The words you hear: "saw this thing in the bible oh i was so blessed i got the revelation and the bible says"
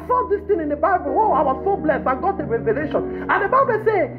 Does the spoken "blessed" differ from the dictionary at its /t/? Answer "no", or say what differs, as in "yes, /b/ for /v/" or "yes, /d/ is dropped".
yes, /t/ is dropped